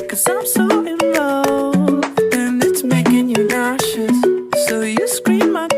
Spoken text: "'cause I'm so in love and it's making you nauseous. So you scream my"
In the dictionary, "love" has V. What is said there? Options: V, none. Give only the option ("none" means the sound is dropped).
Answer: none